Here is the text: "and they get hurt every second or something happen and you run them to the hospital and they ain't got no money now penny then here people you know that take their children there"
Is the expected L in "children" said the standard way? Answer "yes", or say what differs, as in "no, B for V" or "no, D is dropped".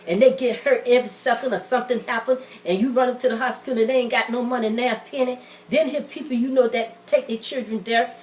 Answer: yes